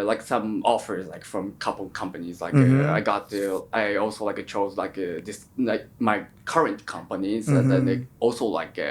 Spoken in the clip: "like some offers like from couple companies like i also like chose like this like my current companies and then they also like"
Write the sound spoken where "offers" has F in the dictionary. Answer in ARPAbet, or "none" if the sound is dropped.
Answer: F